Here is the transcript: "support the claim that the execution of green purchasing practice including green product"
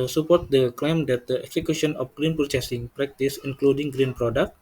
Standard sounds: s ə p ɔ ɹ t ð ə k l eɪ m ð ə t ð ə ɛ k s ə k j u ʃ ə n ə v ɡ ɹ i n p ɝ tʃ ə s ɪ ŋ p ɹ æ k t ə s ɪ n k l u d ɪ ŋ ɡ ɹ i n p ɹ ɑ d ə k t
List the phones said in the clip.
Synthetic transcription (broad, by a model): s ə p ɔ ɹ t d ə k l eɪ m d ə t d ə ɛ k s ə k j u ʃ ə n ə f ɡ ɹ i n p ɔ s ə s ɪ ŋ p ɹ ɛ k t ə s ɪ n k l u d ɪ ŋ ɡ ɹ i n p ɹ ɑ d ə k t